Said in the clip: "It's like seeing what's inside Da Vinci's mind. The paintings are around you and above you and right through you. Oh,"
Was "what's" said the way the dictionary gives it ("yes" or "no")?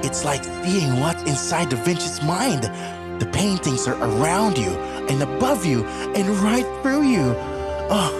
no